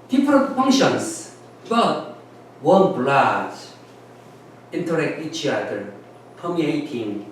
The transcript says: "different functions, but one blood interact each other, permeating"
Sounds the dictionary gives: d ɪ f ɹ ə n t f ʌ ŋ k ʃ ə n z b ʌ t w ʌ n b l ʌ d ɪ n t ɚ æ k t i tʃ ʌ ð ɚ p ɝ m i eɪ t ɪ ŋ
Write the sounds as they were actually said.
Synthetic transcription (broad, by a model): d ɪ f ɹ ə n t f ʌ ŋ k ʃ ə n s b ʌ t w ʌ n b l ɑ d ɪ n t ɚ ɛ k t i tʃ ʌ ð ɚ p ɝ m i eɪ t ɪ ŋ